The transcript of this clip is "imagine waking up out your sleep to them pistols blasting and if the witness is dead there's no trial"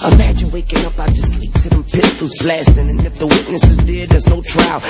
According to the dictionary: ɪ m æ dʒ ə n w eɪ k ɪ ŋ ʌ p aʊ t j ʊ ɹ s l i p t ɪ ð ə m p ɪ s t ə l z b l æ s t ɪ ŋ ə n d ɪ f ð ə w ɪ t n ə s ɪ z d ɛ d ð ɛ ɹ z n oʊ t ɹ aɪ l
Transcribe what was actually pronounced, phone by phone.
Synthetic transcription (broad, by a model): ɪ m æ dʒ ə n w eɪ k ɪ ŋ ʌ p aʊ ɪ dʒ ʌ s l i p s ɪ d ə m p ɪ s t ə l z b l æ s t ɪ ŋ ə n ɪ f ð ə w ɪ t n ə s ɪ z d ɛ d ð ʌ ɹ z n oʊ t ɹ aɪ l